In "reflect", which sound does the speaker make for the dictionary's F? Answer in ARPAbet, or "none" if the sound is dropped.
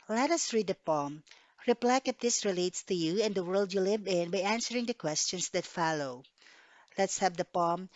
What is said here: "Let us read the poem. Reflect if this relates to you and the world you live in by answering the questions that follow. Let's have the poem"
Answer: P